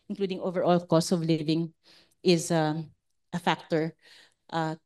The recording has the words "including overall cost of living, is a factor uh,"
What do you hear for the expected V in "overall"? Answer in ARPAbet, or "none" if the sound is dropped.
V